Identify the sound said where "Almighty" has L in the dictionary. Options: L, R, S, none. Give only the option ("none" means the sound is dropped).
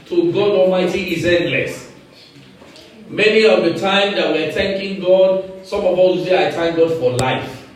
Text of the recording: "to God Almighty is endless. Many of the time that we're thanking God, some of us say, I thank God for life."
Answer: L